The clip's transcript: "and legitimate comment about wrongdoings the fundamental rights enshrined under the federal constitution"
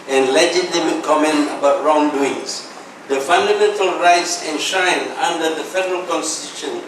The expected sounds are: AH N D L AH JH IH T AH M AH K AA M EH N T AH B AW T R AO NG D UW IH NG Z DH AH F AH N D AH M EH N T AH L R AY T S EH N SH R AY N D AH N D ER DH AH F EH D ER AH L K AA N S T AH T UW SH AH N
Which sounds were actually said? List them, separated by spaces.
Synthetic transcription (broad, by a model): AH N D L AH JH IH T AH M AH K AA M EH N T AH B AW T R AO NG D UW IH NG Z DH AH F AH N D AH M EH N T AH L R AY T S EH N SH AY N AA N D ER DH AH F EH D ER AH L K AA N S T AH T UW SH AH N